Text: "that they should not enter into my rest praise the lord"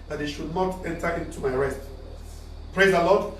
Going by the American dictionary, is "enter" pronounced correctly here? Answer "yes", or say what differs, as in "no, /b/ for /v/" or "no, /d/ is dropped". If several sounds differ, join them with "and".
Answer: yes